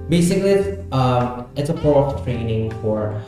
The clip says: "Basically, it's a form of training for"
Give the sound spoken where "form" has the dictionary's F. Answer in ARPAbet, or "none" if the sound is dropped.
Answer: P